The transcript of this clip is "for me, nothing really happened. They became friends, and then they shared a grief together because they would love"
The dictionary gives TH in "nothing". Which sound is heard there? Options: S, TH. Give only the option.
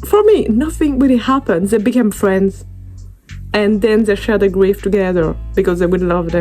TH